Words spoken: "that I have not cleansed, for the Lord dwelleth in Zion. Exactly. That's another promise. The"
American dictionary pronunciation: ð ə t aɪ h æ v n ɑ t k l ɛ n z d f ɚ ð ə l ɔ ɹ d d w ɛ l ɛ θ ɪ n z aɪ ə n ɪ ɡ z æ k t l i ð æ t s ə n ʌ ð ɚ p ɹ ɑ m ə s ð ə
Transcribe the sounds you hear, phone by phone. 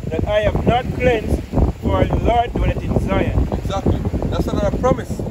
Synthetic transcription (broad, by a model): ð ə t aɪ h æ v n ɑ t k l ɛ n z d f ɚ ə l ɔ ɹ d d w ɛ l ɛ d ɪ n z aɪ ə ɪ ɡ z æ k t l i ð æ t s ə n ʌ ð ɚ p ɹ ɑ m ə s